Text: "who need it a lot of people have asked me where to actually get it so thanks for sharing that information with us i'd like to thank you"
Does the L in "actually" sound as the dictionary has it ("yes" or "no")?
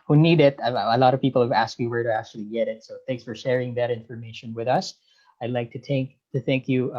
yes